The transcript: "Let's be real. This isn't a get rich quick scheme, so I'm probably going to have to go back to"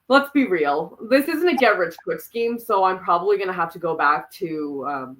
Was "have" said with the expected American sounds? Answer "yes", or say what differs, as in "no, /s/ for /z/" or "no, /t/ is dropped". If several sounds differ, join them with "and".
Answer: no, /f/ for /v/